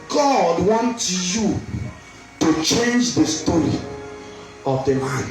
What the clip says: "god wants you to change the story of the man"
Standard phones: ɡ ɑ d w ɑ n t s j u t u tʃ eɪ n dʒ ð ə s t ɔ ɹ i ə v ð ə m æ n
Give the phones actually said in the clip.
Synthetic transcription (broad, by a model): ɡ ɑ d w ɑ n t j u t u tʃ eɪ n dʒ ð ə s t ɔ ɹ i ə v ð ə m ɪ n